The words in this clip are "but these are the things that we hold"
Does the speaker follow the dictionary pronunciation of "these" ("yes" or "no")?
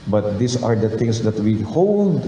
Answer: no